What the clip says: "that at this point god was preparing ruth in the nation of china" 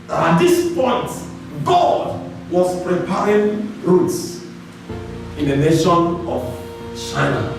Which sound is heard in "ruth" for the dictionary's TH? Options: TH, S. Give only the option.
S